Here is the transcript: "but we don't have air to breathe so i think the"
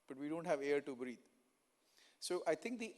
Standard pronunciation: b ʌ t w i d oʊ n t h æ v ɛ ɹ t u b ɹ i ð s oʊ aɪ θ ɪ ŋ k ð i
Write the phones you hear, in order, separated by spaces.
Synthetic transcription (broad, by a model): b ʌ t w i d oʊ n t h æ v ɛ ɹ t u b ɹ i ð s oʊ aɪ t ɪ ŋ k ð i